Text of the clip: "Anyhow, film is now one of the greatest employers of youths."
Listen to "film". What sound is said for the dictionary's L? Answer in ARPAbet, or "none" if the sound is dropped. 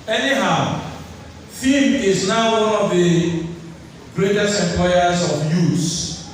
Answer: none